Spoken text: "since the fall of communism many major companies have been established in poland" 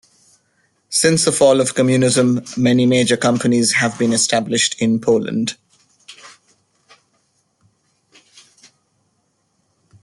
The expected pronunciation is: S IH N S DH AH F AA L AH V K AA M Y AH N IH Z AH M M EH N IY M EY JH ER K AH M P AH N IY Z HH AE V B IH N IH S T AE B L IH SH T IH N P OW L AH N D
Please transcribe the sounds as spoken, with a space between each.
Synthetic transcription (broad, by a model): S IH N S DH AH F AA L AH V K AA M Y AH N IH Z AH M M EH N IY M EY JH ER K AH M P AH N IY Z HH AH V B IH N IH S T AE B L IH SH T IH N P OW L AH N D